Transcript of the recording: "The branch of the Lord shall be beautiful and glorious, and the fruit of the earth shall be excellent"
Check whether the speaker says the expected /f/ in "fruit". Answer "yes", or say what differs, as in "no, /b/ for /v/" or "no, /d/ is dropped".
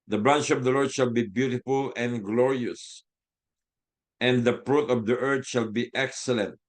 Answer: no, /p/ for /f/